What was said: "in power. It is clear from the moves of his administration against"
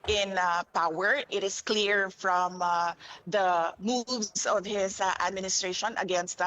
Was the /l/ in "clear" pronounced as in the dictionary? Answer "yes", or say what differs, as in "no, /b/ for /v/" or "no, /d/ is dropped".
yes